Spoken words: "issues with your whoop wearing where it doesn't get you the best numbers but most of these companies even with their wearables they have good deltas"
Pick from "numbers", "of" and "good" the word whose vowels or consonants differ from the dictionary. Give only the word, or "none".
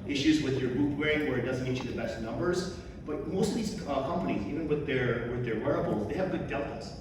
none